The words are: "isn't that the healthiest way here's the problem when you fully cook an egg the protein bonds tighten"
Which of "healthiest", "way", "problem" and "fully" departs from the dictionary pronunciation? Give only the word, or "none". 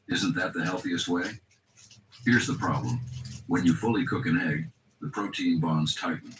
none